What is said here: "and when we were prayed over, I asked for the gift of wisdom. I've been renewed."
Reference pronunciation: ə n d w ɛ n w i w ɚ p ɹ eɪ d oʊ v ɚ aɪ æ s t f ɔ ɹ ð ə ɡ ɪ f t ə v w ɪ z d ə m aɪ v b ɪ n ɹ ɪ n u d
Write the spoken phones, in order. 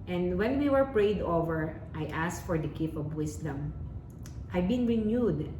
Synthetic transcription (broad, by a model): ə n d w ɛ n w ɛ w ɚ p ɹ eɪ d oʊ v ɚ aɪ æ s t f ɔ ɹ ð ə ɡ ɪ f ə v w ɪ s d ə m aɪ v b ɪ n ɹ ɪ n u d